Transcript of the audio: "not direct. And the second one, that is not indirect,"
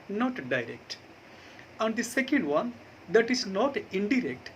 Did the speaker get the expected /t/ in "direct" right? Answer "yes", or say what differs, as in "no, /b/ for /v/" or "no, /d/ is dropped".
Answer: yes